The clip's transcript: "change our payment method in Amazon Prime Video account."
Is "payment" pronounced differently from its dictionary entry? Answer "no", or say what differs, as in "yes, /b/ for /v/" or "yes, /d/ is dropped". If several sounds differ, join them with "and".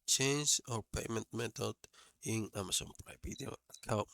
no